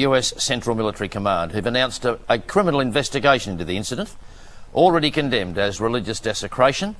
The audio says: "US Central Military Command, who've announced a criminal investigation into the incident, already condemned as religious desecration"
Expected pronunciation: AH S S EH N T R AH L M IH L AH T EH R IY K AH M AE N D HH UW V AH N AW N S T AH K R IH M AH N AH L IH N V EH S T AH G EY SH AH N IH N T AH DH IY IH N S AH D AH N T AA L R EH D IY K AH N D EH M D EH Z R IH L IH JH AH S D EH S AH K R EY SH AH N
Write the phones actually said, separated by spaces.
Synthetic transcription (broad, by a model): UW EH S EH N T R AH L M IH L AH T EH R IY K AH M AE N D HH UW V AH N AW N S T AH K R IH M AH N L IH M V EH S T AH G EY AH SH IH N T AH DH IY IH N S AH D AH N T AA L R EH D IY K AH N D EH M D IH Z R IH L IH JH AH S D EH S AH K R EY SH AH N